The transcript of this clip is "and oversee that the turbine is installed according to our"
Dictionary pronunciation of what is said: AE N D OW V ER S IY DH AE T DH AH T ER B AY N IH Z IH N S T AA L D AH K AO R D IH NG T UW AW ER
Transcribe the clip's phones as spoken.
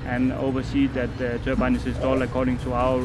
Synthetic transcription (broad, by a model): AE N OW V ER S IY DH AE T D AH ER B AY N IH S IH S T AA L AH K AO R D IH NG T UW AW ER